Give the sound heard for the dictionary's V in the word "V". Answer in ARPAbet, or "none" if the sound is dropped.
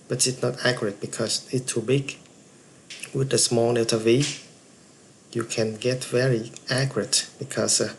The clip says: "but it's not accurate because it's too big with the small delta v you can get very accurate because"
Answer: V